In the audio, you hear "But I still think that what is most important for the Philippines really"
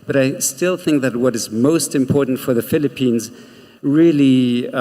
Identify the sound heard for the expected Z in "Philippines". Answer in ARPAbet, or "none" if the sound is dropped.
Z